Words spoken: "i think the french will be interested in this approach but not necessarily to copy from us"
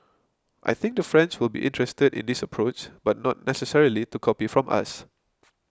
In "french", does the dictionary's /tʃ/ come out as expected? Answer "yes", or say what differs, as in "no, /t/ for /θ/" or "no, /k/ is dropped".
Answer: no, /s/ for /tʃ/